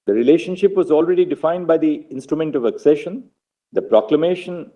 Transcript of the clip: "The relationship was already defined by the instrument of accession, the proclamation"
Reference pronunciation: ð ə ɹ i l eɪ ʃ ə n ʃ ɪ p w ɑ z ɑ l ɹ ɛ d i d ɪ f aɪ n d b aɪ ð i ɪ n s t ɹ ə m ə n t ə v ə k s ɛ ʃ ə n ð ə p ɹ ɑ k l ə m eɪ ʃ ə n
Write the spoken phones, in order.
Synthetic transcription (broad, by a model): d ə ɹ i l eɪ ʃ ə n ʃ ɪ p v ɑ z ɑ l ɹ ɛ d i d ɪ f aɪ n d b aɪ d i ɪ n s t ɹ ə m ə n t ə v ə k s ɛ ʃ ə n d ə p ɹ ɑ k l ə m eɪ ʃ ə n